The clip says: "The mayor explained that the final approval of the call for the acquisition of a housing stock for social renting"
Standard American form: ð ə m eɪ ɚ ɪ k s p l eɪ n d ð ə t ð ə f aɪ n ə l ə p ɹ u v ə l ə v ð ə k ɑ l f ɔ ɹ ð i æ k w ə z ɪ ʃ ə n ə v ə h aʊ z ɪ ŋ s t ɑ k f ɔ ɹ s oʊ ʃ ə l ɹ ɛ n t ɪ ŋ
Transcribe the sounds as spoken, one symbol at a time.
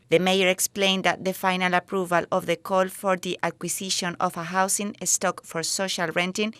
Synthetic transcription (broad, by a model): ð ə m eɪ ɚ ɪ k s p l eɪ n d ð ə t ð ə f aɪ n ə l ə p ɹ u v ə l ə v ð ə k ɑ l f ɔ ɹ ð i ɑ k w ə s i ʃ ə n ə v ə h aʊ s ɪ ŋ s t ɑ k f ɔ ɹ s oʊ ʃ ə l ɹ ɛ n t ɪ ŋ